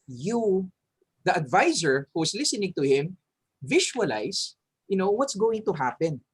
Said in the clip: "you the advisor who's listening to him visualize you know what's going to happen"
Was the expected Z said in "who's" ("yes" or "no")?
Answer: no